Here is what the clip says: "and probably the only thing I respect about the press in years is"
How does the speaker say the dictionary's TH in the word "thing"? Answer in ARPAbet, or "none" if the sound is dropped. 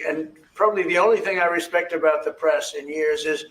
TH